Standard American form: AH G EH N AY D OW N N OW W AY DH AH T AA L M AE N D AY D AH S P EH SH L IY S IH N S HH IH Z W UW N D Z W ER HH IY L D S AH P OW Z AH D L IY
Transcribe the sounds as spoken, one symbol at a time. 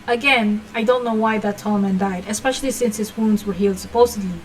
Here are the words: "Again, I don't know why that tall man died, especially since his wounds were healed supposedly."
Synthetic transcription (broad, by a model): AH G EH N AY D OW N N OW W AY DH AH T AA L M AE N D AY D AH S P EH SH L IY S IH N S HH IH Z W UW N D Z W ER HH IY L D S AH P OW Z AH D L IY